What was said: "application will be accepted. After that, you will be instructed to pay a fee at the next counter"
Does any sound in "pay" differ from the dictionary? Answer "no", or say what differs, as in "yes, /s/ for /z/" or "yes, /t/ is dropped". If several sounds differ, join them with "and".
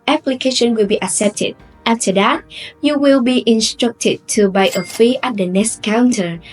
yes, /b/ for /p/